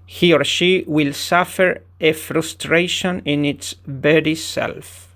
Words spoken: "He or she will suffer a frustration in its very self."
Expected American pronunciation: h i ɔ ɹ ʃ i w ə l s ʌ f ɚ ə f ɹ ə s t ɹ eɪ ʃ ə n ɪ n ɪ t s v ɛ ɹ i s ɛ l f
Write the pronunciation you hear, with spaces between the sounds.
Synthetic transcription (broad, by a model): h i ɔ ɹ ʃ i w ə l s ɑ f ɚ ə f ɹ ə s t ɹ eɪ ʃ ə n ɪ n ɪ t s b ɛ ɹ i s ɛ l f